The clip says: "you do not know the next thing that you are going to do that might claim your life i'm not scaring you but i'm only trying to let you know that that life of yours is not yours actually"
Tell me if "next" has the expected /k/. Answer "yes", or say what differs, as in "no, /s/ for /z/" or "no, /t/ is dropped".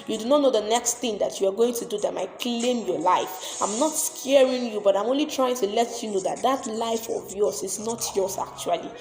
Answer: yes